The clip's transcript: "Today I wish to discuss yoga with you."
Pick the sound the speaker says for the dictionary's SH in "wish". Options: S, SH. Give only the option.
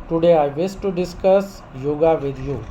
S